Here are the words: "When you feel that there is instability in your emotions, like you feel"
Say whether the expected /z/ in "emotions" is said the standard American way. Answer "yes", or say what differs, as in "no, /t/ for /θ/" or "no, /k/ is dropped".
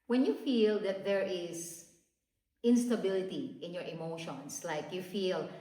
no, /s/ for /z/